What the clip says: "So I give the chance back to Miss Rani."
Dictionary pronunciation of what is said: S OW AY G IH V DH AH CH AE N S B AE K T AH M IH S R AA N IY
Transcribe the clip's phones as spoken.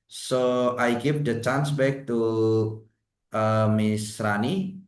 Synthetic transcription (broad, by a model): S OW AY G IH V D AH CH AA N S B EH K T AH M IH S R AA N IY